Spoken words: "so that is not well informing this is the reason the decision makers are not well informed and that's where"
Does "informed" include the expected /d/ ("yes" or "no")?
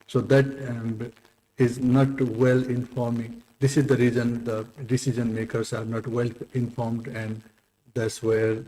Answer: yes